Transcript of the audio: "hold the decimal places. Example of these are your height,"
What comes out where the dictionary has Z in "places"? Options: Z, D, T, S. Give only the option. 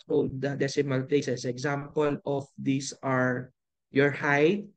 S